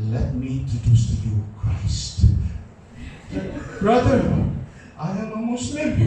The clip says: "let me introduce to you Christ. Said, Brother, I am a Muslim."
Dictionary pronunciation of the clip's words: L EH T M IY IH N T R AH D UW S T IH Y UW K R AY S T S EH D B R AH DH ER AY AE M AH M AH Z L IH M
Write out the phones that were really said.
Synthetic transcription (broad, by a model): L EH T M IY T AH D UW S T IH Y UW K R AY S T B R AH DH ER AY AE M AH M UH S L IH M